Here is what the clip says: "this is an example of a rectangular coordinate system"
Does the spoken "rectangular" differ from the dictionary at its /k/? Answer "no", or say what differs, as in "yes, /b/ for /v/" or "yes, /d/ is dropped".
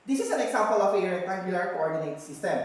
yes, /k/ is dropped